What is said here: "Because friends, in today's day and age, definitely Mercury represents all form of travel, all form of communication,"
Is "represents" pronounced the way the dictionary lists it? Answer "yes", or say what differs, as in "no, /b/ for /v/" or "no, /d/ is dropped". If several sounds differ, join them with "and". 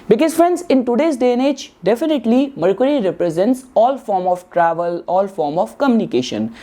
yes